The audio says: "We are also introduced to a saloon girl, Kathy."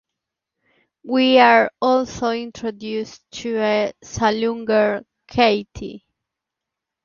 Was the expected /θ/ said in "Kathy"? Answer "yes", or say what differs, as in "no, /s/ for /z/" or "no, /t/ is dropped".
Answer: no, /t/ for /θ/